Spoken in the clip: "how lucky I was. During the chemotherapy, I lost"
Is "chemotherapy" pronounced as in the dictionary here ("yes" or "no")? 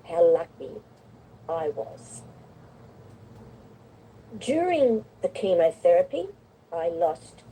yes